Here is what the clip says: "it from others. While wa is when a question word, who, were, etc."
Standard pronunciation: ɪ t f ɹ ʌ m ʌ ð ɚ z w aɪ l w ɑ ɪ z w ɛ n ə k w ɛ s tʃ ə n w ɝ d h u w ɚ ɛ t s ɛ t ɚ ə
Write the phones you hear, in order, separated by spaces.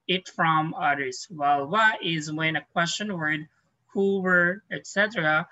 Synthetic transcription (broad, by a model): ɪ t f ɹ ʌ m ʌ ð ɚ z w aɪ l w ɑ ɪ z w ɛ n ə k w ɛ s tʃ ə n w ɝ d h u w ɚ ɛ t s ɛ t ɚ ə